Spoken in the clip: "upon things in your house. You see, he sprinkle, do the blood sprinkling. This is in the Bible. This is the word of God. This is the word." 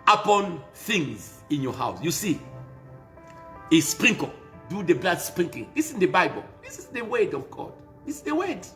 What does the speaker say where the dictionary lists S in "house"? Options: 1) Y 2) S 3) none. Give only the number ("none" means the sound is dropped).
2